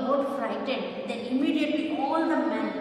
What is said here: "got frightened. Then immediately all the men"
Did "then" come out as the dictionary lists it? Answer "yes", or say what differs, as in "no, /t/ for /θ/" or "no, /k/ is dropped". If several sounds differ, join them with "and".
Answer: no, /n/ is dropped